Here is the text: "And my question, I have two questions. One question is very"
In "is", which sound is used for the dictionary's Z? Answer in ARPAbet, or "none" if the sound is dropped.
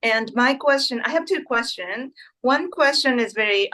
Z